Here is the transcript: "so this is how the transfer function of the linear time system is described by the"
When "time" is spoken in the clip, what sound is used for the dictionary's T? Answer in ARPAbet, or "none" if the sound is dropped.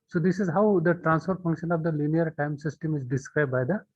T